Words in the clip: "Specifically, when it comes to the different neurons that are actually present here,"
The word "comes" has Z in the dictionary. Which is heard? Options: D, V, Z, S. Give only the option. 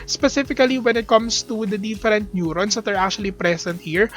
S